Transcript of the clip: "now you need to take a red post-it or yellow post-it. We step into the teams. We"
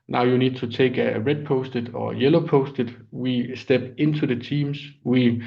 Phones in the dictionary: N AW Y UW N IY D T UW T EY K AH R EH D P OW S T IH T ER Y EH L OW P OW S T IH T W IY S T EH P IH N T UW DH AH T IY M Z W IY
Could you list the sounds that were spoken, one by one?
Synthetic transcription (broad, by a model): N AW Y UW N IY D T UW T EY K AH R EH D P OW S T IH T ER Y EH L OW P OW S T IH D W IY S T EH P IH N S UW DH AH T IY M S W IY